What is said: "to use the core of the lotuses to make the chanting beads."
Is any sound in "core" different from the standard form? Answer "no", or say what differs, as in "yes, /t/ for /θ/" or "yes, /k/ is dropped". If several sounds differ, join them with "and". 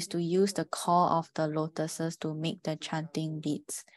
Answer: yes, /l/ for /ɹ/